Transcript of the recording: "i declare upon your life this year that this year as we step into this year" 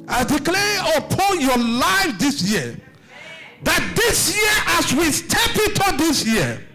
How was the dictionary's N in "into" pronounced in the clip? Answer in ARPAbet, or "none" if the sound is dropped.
none